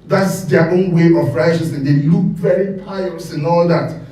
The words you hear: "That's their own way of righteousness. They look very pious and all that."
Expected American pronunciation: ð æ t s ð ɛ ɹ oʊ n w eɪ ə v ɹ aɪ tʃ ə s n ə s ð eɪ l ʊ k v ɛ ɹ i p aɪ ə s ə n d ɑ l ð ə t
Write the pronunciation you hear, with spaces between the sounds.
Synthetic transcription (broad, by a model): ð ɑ t s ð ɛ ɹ oʊ n w eɪ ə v ɹ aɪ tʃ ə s ə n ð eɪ l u k v ɛ ɹ i p aɪ ə s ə n ɑ l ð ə t